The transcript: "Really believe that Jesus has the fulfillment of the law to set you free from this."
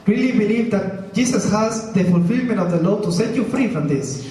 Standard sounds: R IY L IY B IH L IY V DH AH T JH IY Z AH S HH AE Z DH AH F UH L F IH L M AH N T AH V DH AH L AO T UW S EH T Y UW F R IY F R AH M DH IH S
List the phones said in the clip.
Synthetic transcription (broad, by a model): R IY L IY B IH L IY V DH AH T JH IY S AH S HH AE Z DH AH F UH L F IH L M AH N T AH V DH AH L AO T UW S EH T Y UW F R IY F R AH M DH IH S